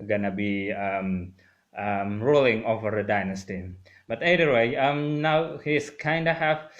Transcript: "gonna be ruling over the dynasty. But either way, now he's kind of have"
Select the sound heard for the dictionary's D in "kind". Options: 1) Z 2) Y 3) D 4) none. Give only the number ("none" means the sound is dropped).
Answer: 3